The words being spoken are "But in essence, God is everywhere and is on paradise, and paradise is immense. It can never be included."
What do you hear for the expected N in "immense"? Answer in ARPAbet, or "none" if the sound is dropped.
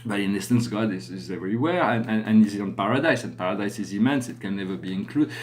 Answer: N